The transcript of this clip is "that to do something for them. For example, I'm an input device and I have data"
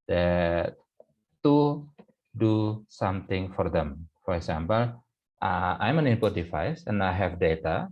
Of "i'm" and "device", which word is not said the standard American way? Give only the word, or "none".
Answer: device